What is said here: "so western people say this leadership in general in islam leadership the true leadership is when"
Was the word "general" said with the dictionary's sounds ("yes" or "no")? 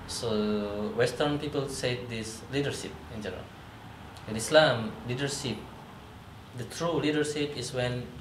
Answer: no